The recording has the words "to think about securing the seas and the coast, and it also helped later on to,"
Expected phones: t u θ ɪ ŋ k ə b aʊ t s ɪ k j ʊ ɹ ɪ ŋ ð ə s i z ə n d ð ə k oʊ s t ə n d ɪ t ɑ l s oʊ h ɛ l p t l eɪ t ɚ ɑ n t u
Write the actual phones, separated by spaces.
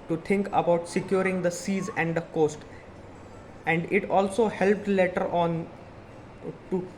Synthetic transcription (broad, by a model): t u t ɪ ŋ k ə b aʊ t s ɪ k j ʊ ɹ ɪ ŋ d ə s i z ə n d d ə k oʊ s t ə n d ɪ t ɑ l s oʊ h ɛ l p t l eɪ t ɚ ɑ n t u